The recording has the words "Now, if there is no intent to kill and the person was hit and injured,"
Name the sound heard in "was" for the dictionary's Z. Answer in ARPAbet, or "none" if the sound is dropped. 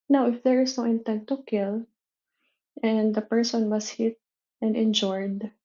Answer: S